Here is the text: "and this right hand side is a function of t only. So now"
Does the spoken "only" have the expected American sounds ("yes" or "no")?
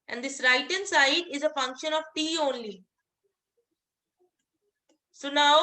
yes